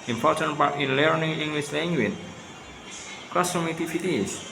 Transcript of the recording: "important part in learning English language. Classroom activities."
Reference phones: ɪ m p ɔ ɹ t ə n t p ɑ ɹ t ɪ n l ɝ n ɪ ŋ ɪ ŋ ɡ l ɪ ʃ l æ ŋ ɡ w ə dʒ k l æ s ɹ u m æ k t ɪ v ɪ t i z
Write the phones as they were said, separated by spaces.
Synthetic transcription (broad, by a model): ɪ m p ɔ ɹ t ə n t p ɑ ɹ t ɪ n l ɝ n ɪ ŋ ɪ ŋ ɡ l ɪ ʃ l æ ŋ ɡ w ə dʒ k ɔ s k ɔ m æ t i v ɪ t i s